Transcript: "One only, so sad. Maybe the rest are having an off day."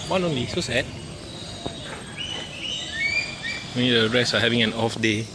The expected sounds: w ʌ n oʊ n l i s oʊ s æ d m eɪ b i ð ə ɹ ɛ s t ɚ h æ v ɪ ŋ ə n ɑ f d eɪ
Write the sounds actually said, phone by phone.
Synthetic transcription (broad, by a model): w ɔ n oʊ n l i s oʊ s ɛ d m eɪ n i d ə ɹ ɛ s ɑ h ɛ v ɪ ŋ ə n ɑ f d eɪ